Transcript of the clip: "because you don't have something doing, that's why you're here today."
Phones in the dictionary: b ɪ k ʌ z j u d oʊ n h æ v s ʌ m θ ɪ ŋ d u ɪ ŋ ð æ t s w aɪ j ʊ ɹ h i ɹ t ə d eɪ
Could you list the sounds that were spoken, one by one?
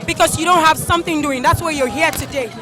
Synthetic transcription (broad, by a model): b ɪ k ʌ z j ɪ d oʊ n h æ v s ʌ m θ ɪ ŋ d u ɪ ŋ ð æ t s w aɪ j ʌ ɹ h i ɹ t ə d eɪ